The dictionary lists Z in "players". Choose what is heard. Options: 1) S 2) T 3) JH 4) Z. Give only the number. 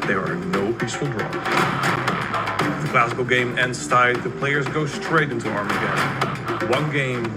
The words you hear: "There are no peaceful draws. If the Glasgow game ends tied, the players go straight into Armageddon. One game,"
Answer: 4